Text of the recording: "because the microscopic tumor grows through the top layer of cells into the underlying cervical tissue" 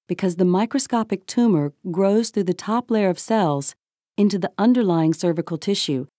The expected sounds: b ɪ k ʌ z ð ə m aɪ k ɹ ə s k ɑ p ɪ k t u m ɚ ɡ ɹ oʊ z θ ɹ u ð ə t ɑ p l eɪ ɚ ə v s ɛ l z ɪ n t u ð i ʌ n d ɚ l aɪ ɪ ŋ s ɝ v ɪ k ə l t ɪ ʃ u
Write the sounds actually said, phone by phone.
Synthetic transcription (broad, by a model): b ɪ k ʌ z ð ə m aɪ k ɹ ə s k ɑ p ɪ k t u m ɚ ɡ ɹ oʊ z θ ɹ u ð ə t ɑ p l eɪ ɚ ə v s ɛ l z ɪ n t u ð i ʌ n d ɚ l aɪ ɪ ŋ s ɝ v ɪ k l t ɪ ʃ u